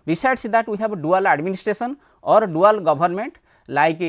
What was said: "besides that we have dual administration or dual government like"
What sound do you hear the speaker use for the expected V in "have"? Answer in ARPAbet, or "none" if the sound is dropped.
B